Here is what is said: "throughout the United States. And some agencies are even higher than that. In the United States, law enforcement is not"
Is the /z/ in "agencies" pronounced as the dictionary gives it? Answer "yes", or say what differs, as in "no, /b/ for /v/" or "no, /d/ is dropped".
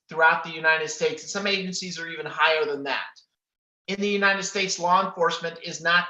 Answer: yes